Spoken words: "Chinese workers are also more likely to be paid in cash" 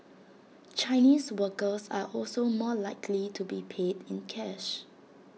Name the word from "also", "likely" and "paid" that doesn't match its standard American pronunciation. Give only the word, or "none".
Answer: none